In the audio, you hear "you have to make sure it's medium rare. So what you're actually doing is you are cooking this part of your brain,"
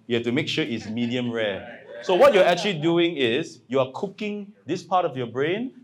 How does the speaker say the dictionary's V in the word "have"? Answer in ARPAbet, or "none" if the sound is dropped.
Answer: F